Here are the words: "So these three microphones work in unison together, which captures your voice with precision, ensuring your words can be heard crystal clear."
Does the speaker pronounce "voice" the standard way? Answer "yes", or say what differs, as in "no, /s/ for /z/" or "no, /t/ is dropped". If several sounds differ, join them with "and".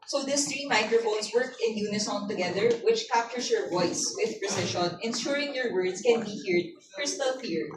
yes